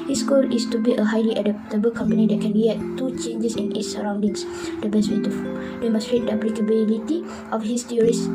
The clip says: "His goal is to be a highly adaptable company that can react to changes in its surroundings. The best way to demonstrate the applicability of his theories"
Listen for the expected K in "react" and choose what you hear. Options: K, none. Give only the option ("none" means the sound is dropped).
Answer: none